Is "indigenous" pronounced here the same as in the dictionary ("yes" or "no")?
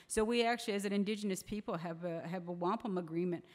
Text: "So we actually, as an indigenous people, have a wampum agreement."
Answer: yes